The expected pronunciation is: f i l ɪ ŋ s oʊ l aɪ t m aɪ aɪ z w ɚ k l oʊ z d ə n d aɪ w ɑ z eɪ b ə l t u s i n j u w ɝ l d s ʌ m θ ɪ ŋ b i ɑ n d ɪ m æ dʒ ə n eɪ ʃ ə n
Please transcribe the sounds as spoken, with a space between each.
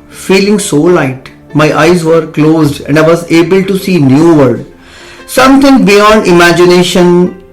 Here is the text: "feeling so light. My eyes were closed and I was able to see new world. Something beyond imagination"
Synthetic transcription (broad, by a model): f i l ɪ ŋ s oʊ l aɪ t m aɪ aɪ z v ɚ k l oʊ z d ə n d aɪ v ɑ z eɪ b ə l t u s i n j u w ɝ d s ʌ m t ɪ ŋ b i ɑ n d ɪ m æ dʒ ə n eɪ ʃ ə n